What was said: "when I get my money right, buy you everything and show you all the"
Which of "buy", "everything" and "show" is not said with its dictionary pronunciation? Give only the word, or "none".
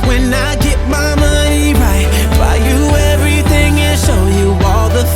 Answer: none